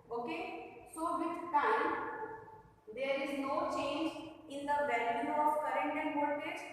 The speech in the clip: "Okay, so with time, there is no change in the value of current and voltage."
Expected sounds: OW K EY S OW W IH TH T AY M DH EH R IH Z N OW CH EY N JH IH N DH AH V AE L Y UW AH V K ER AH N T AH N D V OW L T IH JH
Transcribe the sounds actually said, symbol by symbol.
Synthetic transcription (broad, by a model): OW K EY S OW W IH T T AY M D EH R IH Z N OW CH EY N JH IH N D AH B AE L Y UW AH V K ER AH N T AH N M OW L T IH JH